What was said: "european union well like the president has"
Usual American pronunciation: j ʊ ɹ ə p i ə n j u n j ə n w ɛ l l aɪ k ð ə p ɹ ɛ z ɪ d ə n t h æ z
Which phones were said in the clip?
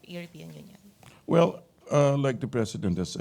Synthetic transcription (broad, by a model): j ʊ ɹ p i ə n j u n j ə n w ɛ l l aɪ k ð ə p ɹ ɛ s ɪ d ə n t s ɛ